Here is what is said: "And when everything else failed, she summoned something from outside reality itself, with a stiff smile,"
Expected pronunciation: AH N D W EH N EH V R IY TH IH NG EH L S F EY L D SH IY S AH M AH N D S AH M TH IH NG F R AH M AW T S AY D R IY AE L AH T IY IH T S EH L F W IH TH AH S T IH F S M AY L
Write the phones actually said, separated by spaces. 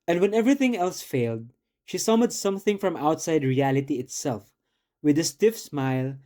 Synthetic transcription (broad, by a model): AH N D W EH N EH V R IY TH IH NG EH L S F EY L D SH IY S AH M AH D S AH M TH IH NG F R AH M AW T S AY D R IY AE L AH T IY IH T S EH L F W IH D AH S T IH F S M AY L